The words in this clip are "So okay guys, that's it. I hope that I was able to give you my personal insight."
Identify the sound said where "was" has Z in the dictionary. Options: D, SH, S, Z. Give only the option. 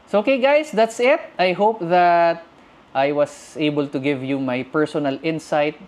S